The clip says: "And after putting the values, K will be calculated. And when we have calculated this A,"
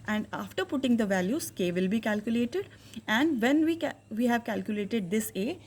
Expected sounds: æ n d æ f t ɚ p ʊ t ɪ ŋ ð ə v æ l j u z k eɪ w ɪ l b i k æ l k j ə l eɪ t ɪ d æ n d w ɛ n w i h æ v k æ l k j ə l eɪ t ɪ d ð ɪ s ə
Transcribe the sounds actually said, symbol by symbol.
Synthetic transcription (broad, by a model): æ n d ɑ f t ɚ p ʊ t ɪ ŋ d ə v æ l j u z k eɪ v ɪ l b i k æ l k j ə l eɪ t ɪ d æ n d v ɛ n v i h æ v k æ l k j ə l eɪ t ɪ d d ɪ s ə